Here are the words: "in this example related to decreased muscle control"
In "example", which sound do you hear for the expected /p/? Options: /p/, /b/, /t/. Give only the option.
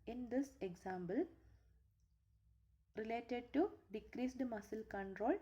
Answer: /b/